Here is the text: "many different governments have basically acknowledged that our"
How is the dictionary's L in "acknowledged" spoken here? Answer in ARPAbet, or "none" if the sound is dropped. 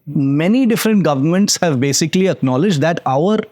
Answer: L